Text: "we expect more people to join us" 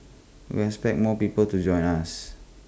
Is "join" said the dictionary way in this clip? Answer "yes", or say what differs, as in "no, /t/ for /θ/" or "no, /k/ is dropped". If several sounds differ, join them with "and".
yes